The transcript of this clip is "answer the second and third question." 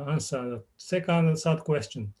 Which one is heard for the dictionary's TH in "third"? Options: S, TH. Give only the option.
S